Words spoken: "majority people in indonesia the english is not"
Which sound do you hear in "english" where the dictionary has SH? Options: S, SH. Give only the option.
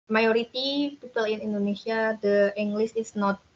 S